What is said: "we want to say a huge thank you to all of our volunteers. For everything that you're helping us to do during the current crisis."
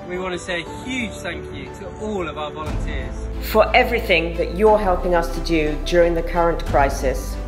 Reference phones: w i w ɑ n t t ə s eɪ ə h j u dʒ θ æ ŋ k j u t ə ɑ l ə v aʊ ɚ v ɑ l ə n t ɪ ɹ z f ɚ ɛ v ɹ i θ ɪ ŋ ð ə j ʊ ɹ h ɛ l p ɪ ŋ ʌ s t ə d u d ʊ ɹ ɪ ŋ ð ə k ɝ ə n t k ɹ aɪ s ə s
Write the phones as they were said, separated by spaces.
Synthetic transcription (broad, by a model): w i w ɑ n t t ə s eɪ ə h j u ʒ θ æ ŋ k j u t ə ɑ l ə v aʊ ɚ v ɑ l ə n t ɪ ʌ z f ɚ ɛ v ɹ i θ ɪ ŋ ð ə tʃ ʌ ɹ h ɛ l p ɪ ŋ ʌ s t ə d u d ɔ ɹ ɪ ŋ ð ə k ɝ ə n k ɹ aɪ s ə s